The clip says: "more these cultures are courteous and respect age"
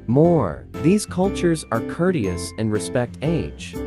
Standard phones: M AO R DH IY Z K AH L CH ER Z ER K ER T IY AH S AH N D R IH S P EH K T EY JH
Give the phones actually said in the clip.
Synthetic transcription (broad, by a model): M AO R DH IY Z K AH L CH ER Z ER K ER T IY AH S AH N R IH S P EH K T EY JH